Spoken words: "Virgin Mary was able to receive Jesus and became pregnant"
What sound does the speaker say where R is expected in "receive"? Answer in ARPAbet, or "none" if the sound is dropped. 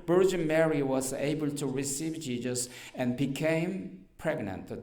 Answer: R